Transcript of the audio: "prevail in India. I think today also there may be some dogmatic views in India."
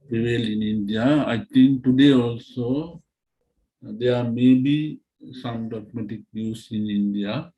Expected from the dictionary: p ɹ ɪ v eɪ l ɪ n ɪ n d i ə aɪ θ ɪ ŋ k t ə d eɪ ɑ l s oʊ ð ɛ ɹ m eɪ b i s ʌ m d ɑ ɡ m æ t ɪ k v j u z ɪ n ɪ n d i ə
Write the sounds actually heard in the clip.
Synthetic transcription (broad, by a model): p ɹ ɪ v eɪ l ɪ n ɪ n d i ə aɪ t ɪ ŋ k t ə d eɪ ɑ l s oʊ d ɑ ɹ m eɪ b i s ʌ m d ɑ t m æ t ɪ k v j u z ɪ n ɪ n d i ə